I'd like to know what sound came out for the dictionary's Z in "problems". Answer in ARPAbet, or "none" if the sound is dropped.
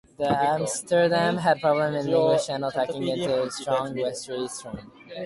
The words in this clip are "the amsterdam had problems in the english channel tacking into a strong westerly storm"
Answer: none